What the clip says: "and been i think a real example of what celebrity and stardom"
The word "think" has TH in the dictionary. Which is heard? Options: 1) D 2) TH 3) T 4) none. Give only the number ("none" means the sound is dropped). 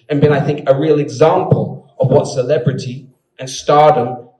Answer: 2